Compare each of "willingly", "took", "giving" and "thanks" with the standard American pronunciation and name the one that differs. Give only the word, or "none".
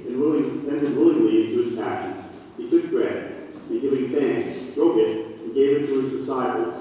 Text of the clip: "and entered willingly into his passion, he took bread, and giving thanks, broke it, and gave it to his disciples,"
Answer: thanks